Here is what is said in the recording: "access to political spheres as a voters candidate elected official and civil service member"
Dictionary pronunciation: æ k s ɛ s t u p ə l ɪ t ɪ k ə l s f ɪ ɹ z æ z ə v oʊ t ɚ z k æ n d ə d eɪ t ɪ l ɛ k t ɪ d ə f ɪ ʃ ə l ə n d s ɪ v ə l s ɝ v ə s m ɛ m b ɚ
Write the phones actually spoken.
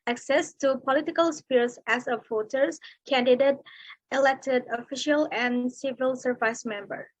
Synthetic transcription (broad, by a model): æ k s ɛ s t u p ə l ɪ t ɪ k ə l s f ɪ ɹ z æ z ə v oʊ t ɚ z k æ n d ə d eɪ t ɪ l ɛ k t ɪ d ə f ɪ ʃ ə l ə n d s ɪ v ə l s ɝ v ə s m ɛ m b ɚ